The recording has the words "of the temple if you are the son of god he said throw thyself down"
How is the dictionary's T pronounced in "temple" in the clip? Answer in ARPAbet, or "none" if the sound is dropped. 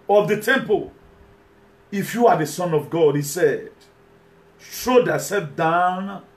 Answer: T